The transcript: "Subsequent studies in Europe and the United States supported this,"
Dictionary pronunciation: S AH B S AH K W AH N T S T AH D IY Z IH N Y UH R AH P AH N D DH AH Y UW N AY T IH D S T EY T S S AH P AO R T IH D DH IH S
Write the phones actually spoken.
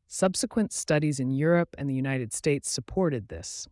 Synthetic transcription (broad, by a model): S AH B S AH K W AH N T S T AH D IY Z IH N Y UH R AH P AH N DH AH Y UW N AY T IH D S T EY T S S AH P AO R T IH D DH IH S